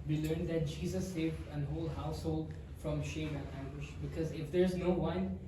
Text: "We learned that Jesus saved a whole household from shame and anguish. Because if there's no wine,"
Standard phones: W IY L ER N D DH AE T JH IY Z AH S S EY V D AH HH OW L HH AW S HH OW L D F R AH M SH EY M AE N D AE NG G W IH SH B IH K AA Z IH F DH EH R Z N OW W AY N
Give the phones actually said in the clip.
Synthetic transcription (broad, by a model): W IY L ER N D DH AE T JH IY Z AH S S EY V D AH HH OW L HH AW S HH OW L D F R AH M SH EY M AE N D AE NG G W IH SH B IH K AA Z IH F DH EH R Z N OW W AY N